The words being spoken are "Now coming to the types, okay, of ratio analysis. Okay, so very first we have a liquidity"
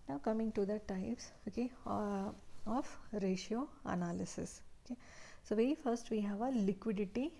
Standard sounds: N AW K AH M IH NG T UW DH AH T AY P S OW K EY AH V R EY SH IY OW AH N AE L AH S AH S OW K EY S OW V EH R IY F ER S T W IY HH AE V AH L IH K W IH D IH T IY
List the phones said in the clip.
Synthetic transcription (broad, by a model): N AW K AH M IH NG T UW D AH T AY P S OW K EY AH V R EY SH IY OW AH N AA L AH S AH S OW K EY S OW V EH IY F ER S T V IY HH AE V AH L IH K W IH D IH T IY